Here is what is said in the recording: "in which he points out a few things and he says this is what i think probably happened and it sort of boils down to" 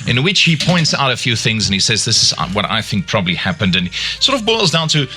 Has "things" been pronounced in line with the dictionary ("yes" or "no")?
yes